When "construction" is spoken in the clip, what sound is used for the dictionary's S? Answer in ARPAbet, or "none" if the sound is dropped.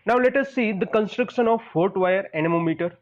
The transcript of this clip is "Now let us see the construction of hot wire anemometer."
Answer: S